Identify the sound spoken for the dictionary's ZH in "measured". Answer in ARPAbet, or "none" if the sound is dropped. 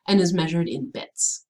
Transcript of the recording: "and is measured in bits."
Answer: ZH